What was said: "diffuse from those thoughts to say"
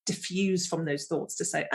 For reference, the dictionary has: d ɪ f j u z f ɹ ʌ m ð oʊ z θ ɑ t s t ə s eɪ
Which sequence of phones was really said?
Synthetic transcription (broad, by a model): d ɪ f j u z f ɹ ʌ m ð oʊ z θ ɑ t s t ə s eɪ